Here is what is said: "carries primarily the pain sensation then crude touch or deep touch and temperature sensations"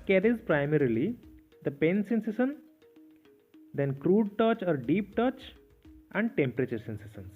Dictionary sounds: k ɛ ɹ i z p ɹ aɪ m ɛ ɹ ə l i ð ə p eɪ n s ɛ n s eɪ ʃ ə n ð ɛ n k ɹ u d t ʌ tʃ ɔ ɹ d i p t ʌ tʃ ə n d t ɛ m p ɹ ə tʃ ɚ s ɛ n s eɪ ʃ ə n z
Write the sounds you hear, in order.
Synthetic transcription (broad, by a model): k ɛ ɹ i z p ɹ aɪ m ɛ ɹ ə l i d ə p eɪ n s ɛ n s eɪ s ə n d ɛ n k ɹ u d t ʌ tʃ ɔ ɹ d i p t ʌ tʃ ə n d t ɛ m p ɹ ə tʃ ɚ s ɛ n s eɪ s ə n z